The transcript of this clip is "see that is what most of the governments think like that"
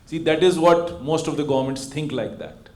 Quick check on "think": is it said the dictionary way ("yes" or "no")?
no